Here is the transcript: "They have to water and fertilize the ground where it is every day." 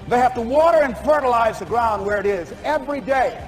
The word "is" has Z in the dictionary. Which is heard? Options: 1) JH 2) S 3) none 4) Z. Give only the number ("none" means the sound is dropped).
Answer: 4